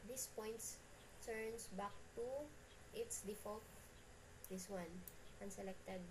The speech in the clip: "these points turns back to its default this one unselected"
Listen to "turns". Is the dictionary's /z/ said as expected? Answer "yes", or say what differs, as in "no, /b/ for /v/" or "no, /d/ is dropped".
no, /s/ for /z/